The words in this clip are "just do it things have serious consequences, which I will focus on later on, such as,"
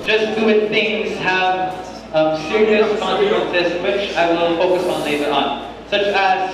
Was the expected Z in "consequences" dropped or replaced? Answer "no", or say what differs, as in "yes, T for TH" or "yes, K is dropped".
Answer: yes, S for Z